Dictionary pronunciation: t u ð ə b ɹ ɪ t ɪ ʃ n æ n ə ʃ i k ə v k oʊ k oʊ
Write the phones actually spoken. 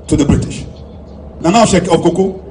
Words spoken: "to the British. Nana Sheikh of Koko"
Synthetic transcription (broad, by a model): t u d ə b ɹ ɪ t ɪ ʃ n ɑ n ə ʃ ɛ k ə b k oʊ k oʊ